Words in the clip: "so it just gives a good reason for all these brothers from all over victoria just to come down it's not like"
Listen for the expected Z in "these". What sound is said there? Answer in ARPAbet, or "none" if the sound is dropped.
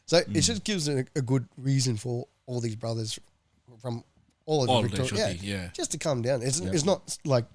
Z